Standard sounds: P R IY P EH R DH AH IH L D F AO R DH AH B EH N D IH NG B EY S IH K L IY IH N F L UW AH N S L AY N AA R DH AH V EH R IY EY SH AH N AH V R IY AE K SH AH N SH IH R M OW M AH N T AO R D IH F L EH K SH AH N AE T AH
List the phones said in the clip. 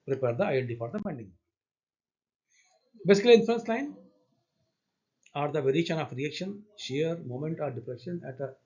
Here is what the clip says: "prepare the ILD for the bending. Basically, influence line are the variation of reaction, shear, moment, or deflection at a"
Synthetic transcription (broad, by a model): P R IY P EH R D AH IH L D F AO R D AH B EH N D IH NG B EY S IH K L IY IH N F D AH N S L AY N AA R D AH V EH R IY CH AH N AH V R IY AE K SH AH N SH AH R M OW M AH N T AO R D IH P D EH SH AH N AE T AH